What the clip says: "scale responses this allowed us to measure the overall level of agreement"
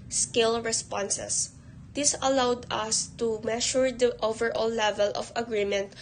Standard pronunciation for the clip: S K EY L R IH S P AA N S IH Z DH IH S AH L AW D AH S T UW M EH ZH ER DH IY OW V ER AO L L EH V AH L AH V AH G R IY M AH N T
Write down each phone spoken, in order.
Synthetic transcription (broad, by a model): S K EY L R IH S P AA N S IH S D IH S AH L AW D AH S T UW M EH SH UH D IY OW V ER AO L L EH V AH L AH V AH G R IY M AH N T